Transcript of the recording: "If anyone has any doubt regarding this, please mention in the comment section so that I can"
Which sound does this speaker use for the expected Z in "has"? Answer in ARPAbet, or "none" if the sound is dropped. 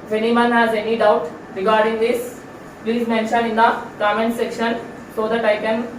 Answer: Z